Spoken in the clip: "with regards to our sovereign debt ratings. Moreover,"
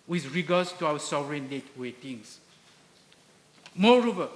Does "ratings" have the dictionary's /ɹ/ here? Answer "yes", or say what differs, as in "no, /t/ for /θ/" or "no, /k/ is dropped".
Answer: no, /w/ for /ɹ/